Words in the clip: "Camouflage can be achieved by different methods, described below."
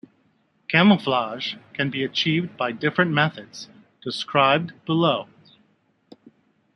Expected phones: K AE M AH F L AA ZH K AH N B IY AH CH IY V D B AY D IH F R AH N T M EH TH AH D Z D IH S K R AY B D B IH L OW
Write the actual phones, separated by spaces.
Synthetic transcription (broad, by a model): K AE M AH F L AA ZH K AH N B IY AH CH IY V D B AY D IH F R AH N M EH TH AH D Z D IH S K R AY B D B IH L OW